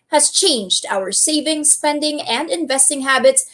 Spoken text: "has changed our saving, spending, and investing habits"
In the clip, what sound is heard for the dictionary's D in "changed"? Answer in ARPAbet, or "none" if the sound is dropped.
D